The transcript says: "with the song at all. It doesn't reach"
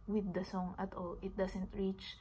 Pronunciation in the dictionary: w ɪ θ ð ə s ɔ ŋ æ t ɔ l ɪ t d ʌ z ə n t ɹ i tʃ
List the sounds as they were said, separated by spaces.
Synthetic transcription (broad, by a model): w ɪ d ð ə s ɔ ŋ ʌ t ɔ l ɪ t d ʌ s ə n t ɹ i tʃ